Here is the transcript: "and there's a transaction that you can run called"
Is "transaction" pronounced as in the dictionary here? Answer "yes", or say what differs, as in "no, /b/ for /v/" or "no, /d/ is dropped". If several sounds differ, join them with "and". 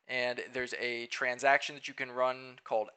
yes